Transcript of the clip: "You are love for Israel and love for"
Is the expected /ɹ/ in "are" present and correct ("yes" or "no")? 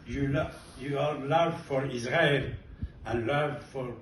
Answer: no